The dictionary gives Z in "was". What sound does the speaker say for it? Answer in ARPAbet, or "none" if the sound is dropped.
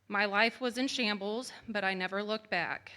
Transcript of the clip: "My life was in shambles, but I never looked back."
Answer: Z